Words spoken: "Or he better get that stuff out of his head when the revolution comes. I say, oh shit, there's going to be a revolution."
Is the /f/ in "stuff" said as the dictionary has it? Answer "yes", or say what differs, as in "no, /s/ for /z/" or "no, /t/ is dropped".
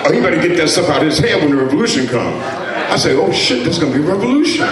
no, /p/ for /f/